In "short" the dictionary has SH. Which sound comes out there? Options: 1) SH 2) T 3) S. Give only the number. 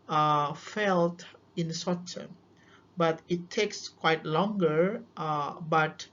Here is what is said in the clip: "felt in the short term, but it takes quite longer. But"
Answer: 3